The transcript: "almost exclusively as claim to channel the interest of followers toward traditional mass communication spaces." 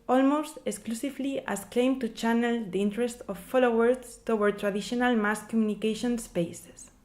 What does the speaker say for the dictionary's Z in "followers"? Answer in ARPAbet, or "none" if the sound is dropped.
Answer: S